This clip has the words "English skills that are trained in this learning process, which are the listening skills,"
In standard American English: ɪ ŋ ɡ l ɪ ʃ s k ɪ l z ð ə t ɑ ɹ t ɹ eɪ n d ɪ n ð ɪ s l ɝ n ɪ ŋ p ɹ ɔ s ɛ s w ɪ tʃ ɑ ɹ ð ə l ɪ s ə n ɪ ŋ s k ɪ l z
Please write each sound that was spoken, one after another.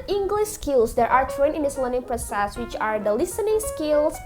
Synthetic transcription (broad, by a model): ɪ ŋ ɡ l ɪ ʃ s k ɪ l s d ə t ɑ ɹ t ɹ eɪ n ɪ n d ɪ s l ɝ n ɪ ŋ p ɹ ɔ s ɛ s w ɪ tʃ ɑ ɹ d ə l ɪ s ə n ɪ ŋ s k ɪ l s